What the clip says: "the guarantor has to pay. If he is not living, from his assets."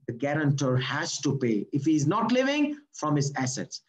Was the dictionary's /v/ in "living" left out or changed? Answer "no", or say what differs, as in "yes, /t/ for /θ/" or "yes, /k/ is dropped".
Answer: no